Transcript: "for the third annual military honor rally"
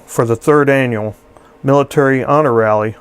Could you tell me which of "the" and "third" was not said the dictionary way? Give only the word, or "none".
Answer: none